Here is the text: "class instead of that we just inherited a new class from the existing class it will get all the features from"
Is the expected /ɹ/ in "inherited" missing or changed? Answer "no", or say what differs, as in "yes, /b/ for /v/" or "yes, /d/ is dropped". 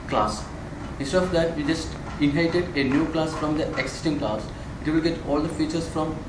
yes, /ɹ/ is dropped